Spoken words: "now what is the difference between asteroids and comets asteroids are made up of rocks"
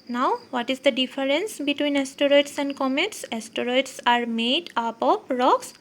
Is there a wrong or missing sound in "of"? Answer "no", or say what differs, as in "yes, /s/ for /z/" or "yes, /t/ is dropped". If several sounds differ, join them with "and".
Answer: yes, /p/ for /v/